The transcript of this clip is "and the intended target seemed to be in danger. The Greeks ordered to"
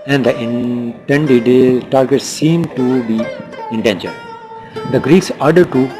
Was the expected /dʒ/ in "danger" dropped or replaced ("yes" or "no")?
yes